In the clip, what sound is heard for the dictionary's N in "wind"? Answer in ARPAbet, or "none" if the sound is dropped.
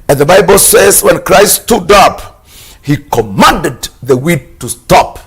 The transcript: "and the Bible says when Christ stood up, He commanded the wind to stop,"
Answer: none